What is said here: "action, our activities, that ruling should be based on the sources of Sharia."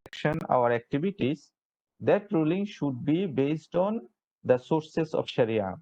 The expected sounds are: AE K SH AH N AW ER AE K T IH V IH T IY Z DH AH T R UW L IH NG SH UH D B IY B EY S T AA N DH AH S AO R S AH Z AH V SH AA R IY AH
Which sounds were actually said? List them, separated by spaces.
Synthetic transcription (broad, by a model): K SH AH N AW ER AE K T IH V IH T IY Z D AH T R UW L IH NG SH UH D B IY B EY S T AA N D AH S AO R S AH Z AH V SH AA R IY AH